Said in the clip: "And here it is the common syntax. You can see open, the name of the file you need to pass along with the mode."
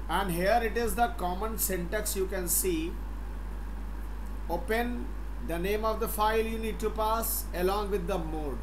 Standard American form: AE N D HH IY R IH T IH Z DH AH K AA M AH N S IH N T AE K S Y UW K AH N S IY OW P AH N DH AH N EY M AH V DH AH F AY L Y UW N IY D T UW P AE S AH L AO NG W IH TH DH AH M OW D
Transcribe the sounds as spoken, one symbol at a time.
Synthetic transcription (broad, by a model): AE N D HH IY R IH T IH Z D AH K AA M AH N S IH N T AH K S Y UW K AH N S IY OW P AH N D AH N EY M AH V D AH F AY L Y UW N IY D T UW P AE S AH L AO NG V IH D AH M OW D